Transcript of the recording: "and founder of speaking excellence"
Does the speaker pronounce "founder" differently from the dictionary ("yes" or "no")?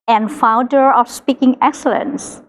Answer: no